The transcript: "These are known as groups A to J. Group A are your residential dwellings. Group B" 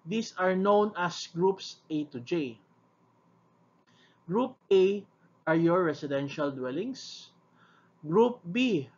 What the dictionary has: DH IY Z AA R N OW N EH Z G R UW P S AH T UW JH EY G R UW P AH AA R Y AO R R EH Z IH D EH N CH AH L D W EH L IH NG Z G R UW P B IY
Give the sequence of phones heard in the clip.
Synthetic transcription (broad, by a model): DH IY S AA R N OW N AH S G R UW P S AH T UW JH EY G R UW P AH AA R Y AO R R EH S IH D EH N SH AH L D W EH L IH NG S G R UW P B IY